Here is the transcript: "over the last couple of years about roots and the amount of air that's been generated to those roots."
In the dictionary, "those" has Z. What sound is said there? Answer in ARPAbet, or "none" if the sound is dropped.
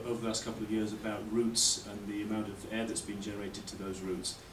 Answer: Z